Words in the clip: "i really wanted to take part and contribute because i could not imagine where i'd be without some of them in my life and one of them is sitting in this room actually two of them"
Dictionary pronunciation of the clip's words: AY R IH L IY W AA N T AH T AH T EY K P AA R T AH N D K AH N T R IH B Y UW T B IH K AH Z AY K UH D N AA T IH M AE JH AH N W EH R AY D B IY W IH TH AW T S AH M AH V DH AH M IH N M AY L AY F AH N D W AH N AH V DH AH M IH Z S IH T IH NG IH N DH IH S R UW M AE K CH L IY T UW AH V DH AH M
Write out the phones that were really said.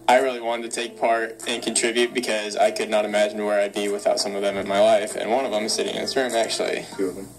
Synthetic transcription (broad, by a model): AY R IH L IY W AA N T AH T AH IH K P AA R T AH N K N T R IH B Y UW T B IH K AH Z AY K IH D N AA T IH M AE JH N W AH R AY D B IY W IH TH AW T S AH M AH V DH AH M IH N M AY L AY F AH N W AH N AH V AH M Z S IH T IH NG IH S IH R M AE K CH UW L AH